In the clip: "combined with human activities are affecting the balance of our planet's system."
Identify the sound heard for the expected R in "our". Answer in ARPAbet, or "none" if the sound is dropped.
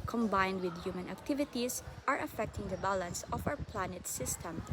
W